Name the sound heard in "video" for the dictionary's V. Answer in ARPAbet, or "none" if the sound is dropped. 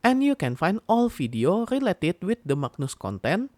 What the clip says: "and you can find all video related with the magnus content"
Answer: F